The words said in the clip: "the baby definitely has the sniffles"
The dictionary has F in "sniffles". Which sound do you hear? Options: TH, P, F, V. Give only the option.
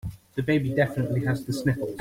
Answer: P